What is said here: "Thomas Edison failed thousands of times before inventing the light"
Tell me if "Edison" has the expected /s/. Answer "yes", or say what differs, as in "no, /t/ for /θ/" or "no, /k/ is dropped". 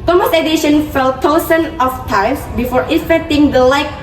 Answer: no, /ʃ/ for /s/